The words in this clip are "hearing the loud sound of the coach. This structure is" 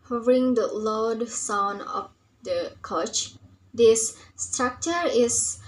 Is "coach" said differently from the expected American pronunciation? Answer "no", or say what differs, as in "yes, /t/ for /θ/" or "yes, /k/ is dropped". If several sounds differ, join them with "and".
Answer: no